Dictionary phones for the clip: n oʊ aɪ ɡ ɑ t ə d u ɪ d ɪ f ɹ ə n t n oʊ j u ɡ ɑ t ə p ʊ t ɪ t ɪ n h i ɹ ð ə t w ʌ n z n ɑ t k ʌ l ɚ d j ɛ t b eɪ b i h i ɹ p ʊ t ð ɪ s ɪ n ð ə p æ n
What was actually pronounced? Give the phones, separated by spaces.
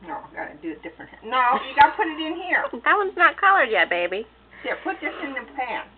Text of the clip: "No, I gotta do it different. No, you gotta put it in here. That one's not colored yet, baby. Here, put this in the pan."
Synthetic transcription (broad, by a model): n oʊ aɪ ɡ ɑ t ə d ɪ ɪ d ɪ f ɹ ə n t n oʊ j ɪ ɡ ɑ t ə p ʊ t ɪ t ɪ n h i ɹ ð ə t w ʌ n z n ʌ t k ʌ l ɚ d j ɛ t b eɪ b i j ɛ p ʊ t ð ɪ s ɪ n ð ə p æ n